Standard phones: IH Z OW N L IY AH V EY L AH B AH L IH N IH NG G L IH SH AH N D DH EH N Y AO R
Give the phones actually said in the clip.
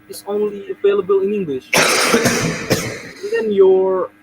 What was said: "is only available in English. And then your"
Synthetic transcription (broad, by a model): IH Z OW N L IY AH V EY L AH B AH L IH N IH NG G L IH SH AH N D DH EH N Y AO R